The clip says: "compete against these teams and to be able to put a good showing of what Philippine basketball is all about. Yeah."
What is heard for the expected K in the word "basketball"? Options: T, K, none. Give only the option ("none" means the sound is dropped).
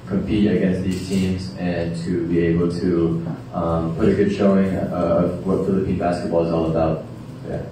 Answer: K